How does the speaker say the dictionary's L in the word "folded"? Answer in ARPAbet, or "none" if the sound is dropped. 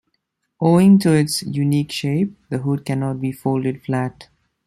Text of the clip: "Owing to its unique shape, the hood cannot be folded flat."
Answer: L